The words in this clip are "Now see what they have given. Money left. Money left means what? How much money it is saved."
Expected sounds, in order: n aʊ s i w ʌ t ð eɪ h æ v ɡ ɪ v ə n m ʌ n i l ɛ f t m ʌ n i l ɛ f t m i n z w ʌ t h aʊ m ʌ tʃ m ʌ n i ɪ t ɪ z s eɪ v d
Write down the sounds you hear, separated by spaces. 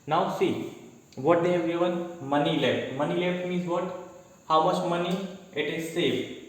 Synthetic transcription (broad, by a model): n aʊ s i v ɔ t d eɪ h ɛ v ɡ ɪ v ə n m ʌ n i l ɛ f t m ʌ n i l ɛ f t m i n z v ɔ t h aʊ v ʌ s m ʌ n i ɪ t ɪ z s eɪ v